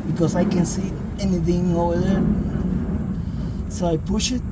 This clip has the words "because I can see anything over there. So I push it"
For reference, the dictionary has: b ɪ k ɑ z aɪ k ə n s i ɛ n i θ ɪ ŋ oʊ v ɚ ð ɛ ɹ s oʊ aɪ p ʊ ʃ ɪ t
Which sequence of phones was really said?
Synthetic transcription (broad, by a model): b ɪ k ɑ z aɪ k ə n s i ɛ n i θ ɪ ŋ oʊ ʊ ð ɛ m s oʊ aɪ p ʊ ʃ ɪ t